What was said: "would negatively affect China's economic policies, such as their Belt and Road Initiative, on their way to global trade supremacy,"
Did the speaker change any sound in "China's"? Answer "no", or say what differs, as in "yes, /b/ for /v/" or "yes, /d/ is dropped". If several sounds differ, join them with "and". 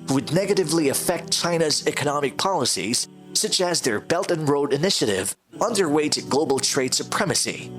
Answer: no